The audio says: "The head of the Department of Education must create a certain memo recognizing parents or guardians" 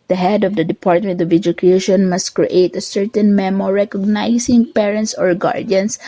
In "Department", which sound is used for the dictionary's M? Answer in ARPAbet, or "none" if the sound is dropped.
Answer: M